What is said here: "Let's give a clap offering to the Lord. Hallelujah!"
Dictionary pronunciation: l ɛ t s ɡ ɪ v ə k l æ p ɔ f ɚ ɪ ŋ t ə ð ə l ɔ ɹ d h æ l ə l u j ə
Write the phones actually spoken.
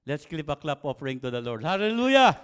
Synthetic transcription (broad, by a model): l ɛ t s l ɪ p ə k l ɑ p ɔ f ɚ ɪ ŋ t ə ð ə l ɔ ɹ d h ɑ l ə l u j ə